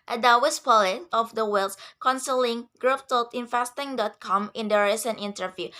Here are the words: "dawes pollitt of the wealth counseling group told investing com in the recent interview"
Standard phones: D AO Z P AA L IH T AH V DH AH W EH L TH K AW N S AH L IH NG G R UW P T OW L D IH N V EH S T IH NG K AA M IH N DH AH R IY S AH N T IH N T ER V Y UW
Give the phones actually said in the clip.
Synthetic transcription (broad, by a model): D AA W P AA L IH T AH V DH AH W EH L S K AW N S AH L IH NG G R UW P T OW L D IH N F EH S T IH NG K AA M IH N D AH R IY S AH N T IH N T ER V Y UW